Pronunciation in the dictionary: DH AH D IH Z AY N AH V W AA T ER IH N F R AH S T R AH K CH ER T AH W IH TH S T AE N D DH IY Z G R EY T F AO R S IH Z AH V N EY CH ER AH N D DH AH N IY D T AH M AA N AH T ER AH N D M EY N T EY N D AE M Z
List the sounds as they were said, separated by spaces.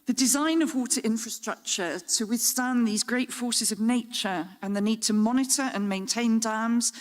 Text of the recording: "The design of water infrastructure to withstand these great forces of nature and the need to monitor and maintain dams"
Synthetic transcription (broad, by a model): DH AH D IH Z AY N AH V W AA T ER IH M F R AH S T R AH K CH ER T AH W IH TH S T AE N DH IY Z G R EY T F AO S IH Z AH V N EY CH ER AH N DH AH N IY D T AH M AA N AH T ER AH N M EY N T EY N D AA M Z